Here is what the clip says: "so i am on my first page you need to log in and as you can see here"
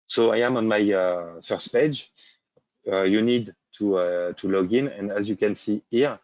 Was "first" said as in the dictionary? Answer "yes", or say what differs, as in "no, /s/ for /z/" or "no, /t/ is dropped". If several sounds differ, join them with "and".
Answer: yes